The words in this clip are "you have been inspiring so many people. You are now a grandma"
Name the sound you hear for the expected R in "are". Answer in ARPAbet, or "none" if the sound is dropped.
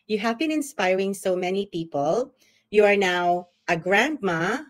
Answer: R